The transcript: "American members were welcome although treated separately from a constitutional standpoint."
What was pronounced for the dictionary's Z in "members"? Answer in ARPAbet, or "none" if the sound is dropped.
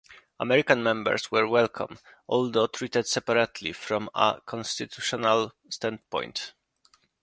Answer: S